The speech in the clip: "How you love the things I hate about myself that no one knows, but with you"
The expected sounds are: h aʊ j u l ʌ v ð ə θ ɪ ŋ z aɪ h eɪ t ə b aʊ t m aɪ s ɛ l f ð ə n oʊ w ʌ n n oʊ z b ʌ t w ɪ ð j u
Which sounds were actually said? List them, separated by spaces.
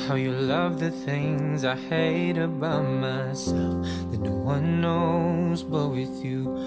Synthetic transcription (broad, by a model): h aʊ j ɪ l ʌ v ð ə θ ɪ ŋ z aɪ h eɪ t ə b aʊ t m aɪ s ɛ l f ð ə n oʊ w ʌ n n oʊ z b ʌ t w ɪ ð j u